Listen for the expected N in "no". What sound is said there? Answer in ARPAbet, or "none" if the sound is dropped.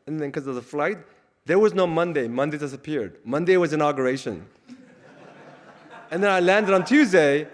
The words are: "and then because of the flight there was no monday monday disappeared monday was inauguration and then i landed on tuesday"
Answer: N